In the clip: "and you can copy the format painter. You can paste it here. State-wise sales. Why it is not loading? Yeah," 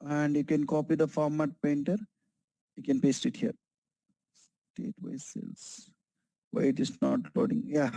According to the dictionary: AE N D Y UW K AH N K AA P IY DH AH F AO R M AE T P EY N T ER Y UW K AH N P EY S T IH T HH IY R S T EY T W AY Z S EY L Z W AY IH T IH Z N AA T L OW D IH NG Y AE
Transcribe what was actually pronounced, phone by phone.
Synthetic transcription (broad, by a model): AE N D Y UW K AH N K AA P IY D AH F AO R M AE T P EY N T ER Y UW K AH N P EY S T IH T HH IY R S T EY T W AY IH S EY L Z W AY IH T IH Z N AA T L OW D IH NG Y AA